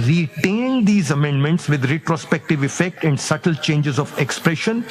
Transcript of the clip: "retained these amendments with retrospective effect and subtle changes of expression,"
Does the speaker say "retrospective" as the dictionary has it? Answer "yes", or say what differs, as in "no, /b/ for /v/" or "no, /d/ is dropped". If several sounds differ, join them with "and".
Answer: yes